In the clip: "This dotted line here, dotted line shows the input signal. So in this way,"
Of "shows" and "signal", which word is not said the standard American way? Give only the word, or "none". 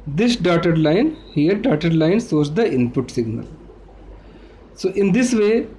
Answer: shows